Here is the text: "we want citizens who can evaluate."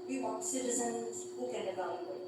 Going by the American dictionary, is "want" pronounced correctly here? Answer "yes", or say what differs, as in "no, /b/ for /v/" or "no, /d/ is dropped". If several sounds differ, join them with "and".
no, /n/ is dropped